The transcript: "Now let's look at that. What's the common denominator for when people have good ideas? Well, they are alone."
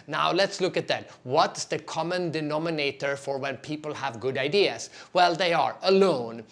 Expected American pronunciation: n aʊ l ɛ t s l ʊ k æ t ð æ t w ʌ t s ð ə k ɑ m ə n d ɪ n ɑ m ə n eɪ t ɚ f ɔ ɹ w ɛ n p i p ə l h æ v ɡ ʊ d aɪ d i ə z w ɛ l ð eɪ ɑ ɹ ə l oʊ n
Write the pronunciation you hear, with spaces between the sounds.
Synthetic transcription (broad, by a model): n aʊ l ɛ t s l ʊ k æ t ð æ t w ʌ t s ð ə k ɑ m ə n d ɪ n ɑ m ə n eɪ t ɚ f ɔ ɹ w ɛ n p i p ə l h æ v ɡ ʊ d aɪ d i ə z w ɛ l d eɪ ɑ ɹ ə l oʊ n